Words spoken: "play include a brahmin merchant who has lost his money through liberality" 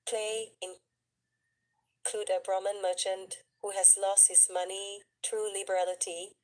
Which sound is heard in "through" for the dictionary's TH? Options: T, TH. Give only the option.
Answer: T